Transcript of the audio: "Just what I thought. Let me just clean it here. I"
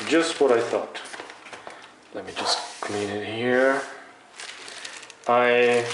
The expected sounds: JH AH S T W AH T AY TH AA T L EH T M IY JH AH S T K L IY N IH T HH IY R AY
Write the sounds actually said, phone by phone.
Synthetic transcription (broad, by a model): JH AH S T W AH T AY TH AA T L EH T M IY JH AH S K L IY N IH T HH IY R AY